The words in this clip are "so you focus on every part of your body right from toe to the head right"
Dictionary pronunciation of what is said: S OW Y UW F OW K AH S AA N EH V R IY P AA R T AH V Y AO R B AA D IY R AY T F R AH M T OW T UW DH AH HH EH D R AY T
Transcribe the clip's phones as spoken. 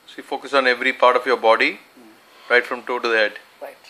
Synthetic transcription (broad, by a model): S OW Y UW F OW K AH S AA N EH V R IY P AA R T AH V Y AO R B AA D IY R AY T F R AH M T OW T UW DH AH HH EH D